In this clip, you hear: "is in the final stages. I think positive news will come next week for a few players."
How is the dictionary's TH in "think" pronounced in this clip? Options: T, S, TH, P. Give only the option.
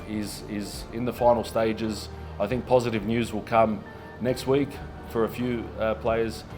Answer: TH